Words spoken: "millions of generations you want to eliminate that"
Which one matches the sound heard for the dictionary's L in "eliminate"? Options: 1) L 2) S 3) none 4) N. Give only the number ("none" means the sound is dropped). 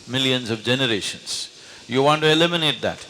1